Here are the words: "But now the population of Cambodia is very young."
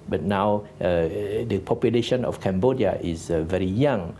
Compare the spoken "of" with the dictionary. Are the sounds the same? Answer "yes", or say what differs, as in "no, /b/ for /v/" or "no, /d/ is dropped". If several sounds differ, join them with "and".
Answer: no, /f/ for /v/